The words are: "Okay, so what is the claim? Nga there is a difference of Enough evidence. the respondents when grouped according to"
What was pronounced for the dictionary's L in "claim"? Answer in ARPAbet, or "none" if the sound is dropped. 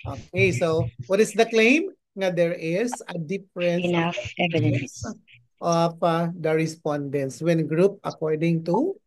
L